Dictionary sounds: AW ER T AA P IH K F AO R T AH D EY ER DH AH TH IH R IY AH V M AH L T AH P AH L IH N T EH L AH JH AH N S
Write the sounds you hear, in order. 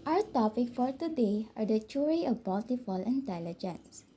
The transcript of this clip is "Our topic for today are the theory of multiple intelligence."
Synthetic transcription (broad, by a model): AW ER T AA P IH K F AO R T AH D EY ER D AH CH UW R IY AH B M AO L T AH F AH L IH N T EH L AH JH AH N S